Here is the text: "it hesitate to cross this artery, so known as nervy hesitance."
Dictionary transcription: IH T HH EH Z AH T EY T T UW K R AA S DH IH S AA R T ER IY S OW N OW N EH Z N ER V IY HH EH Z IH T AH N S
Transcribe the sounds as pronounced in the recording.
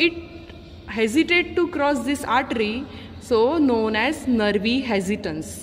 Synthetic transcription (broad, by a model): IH T HH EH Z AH T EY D T UW K R AA S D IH S AA R T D IY S OW N OW N EH Z N ER V IY HH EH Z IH T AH N S